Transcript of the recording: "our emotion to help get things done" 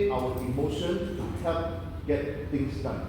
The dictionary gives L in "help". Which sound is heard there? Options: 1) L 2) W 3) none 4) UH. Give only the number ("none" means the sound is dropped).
3